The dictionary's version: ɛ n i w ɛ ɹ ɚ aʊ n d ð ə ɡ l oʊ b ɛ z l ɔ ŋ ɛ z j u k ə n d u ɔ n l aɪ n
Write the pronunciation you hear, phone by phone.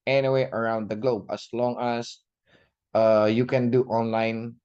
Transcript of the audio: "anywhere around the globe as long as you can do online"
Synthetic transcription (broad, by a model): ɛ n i w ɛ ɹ ɚ aʊ n d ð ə ɡ l oʊ b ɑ s l ɔ ŋ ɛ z j u k ə n d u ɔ n l aɪ n